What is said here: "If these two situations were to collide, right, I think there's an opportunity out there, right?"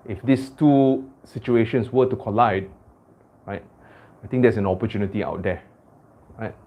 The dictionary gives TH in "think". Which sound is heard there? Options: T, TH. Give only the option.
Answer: T